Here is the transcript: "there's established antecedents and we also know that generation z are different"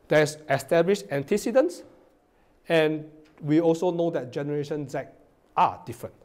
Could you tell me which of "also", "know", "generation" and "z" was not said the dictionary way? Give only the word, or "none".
z